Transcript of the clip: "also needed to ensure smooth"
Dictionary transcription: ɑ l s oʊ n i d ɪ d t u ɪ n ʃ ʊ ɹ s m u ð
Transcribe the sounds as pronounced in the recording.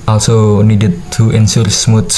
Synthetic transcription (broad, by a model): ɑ l s oʊ n i d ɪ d t u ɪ n s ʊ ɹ s m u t